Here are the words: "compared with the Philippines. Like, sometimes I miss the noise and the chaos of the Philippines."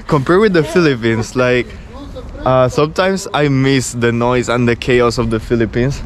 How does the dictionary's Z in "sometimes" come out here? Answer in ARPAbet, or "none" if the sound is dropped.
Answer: S